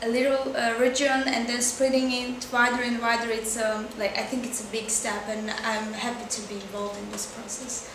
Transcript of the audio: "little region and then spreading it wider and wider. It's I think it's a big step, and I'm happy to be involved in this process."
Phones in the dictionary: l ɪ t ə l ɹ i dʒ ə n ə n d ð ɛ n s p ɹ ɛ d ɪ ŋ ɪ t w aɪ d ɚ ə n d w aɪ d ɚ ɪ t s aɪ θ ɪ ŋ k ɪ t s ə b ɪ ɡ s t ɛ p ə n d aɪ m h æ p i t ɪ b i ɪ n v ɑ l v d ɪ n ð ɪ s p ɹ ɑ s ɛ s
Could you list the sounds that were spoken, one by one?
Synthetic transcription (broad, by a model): l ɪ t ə ɹ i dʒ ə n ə n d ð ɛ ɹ s p ɹ ɛ d ɪ ŋ ɪ t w aɪ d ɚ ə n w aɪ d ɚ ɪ t s aɪ θ ɪ ŋ k ɪ t s ə b ɪ ɡ s t ɛ p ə n aɪ m h æ p i t ɪ b i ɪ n v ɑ l v d ɪ n ð ɪ s p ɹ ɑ s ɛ s